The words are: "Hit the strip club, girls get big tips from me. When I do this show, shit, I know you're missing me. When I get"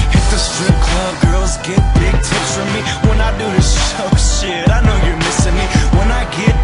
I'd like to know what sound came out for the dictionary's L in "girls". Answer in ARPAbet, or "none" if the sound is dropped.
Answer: L